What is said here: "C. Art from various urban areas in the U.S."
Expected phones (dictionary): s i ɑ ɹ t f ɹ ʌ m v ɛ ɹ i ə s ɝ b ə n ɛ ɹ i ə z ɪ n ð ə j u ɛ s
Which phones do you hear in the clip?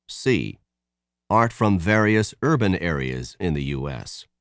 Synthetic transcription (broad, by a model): s i ɑ ɹ t f ɹ ʌ m v ɛ ɹ i ə s ɝ b ə n ɛ ɹ i ə z ɪ n ð ə j u ɛ s